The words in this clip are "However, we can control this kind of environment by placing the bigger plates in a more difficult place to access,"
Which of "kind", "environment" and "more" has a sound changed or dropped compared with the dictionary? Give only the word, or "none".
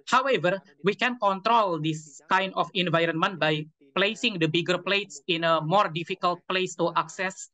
none